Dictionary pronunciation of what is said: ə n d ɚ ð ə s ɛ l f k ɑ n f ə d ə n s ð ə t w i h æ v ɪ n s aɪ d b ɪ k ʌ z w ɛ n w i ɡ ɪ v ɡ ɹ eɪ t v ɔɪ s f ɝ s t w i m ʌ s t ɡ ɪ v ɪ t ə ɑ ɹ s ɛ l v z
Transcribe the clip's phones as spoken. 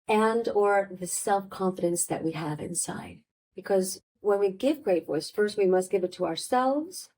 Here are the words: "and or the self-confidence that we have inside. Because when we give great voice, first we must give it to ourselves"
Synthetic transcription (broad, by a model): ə n d ɚ ð ə s ɛ l f k ɑ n f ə d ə n s ð ə t w i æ v ɪ n s aɪ d b ɪ k ʌ z w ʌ n w i ɡ ɪ v ɡ ɹ eɪ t w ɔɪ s f ɝ s t w i m ʌ s t ɡ ɪ v ɪ t ə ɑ ɹ s ɛ l v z